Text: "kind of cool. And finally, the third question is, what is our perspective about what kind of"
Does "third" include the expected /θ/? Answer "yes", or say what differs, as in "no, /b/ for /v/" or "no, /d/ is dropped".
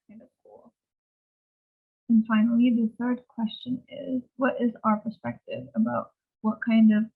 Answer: yes